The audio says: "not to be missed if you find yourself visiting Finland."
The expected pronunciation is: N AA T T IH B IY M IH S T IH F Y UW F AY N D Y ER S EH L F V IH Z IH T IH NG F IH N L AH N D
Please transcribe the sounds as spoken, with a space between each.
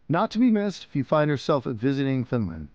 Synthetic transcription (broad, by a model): N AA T T IH B IY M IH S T IH F Y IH F AY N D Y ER S EH L F V IH Z IH T IH NG F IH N L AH N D